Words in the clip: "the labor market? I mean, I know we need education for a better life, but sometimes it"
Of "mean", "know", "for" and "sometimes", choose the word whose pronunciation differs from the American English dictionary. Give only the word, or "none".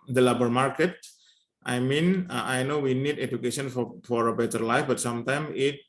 sometimes